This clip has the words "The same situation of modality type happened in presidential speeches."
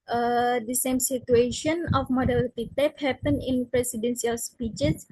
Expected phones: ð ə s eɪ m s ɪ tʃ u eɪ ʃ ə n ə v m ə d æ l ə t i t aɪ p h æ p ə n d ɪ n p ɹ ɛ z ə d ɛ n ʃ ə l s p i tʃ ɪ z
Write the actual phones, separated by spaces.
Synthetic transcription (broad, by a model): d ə s eɪ m s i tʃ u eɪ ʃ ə n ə f m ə d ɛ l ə t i t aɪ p h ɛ p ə n ɪ n p ɹ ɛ s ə d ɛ n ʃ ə l s p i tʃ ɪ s